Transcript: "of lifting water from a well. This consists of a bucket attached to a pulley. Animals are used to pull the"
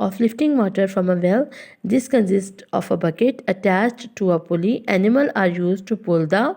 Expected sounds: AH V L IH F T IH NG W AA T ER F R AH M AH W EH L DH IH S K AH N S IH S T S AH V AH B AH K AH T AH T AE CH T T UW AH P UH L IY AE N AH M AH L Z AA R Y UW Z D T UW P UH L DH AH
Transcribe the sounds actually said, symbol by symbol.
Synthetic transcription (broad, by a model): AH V L IH F T IH NG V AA T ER F R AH M AH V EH L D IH S K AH N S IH S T AH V AH B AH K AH T AH T AE CH T T UW AH P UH L IY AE N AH M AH L AA R Y UW Z D T UW P UH L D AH